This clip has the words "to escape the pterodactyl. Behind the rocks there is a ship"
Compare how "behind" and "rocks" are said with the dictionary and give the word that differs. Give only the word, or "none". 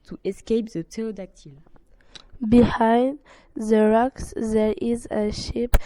none